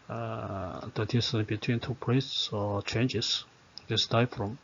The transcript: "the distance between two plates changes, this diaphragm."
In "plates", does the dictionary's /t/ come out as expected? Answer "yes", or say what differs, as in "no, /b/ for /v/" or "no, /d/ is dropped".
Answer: no, /s/ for /t/